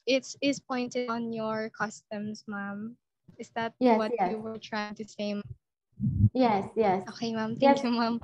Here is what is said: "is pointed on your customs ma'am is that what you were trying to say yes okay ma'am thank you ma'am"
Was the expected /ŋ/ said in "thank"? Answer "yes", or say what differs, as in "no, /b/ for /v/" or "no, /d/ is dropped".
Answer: no, /ŋ/ is dropped